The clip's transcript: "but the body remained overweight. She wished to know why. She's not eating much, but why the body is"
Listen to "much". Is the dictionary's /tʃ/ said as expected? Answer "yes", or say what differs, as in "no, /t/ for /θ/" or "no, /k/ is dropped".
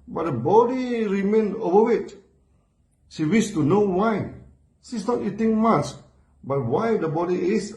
no, /s/ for /tʃ/